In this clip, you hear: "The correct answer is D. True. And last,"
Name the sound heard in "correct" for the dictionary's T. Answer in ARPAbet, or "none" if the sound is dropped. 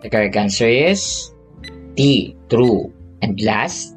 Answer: none